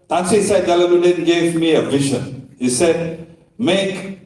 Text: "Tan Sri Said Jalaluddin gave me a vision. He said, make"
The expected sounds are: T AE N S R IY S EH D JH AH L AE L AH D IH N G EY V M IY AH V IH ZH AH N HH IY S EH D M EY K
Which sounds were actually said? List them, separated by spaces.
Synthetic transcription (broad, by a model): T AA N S IY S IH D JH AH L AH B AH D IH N G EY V M IY AH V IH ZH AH N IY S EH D M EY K